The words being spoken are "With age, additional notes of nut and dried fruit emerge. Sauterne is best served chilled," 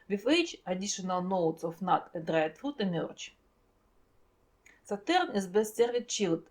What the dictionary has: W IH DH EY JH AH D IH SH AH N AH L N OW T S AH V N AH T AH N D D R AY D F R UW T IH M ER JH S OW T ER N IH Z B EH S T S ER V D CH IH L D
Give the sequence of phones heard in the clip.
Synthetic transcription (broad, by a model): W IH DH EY CH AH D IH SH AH N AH L N OW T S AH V N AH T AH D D R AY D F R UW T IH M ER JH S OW T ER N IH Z B EH S T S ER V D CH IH L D